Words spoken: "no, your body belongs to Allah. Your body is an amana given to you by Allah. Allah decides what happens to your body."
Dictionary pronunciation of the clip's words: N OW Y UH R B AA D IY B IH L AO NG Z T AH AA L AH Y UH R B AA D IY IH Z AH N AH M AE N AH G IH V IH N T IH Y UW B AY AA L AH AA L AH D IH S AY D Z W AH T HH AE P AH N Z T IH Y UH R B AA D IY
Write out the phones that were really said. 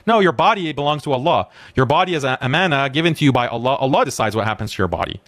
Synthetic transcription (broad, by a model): N OW Y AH R B AA D IY B IH L AO NG Z T AH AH L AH Y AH R B AA D IY IH Z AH AH M AE N AH G IH V IH N T IH Y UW B AY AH L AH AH L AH D IH S AY D Z W AH T HH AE P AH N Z T IH Y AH R B AA D IY